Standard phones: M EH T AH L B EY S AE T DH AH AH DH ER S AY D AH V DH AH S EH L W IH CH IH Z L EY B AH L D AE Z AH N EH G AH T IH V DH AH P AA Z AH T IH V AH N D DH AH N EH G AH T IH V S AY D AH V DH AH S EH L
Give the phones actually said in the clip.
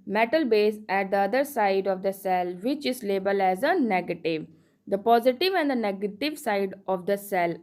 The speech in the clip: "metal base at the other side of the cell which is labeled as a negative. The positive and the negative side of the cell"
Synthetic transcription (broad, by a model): M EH T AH L B EY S AE T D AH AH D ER S AY D AH V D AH S EH L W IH CH IH Z L EY B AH L AE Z AH N EH G AH T IH V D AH P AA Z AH T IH V AH N D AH N EH G AH T IH V S AY D AH V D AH S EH L